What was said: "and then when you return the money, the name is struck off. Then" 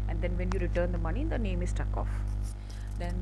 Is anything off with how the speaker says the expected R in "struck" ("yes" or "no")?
yes